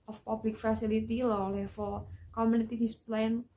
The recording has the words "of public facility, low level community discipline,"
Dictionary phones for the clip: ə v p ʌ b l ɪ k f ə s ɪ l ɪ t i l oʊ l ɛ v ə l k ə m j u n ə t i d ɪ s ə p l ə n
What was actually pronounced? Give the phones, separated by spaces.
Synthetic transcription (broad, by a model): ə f p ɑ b l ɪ k f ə s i l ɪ t i l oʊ l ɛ f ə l k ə m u n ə t i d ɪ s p l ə n